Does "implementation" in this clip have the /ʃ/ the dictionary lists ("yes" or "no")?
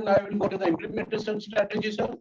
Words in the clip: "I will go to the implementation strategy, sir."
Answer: no